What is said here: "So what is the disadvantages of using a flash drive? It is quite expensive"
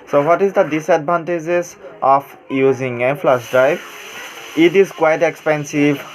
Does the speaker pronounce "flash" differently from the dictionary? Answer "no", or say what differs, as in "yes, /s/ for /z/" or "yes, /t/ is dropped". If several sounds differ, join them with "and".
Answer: yes, /s/ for /ʃ/